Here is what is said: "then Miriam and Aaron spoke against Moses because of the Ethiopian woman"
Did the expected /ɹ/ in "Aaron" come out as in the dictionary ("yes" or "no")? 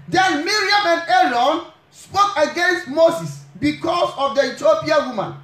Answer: no